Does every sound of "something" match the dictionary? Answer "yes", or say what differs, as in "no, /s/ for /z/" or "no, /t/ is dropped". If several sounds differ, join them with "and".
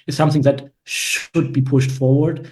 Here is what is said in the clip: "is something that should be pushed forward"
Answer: yes